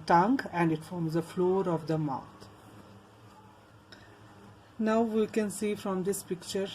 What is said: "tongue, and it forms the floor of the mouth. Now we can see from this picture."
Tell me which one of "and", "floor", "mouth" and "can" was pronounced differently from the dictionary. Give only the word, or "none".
mouth